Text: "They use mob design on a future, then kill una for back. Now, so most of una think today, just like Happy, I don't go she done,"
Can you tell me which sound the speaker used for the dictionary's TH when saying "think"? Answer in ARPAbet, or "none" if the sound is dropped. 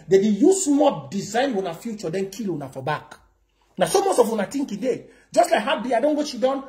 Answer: T